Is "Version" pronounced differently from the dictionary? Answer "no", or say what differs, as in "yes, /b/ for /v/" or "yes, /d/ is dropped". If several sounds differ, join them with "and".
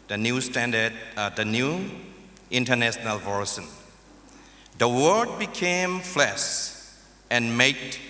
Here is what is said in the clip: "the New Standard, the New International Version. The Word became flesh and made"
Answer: yes, /s/ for /ʒ/